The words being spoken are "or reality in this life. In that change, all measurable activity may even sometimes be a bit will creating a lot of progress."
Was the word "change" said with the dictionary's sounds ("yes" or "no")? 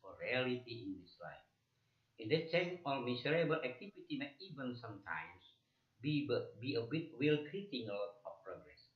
no